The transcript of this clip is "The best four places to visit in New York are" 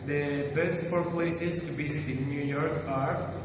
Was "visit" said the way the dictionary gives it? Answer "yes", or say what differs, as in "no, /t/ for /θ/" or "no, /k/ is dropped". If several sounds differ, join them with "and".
no, /b/ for /v/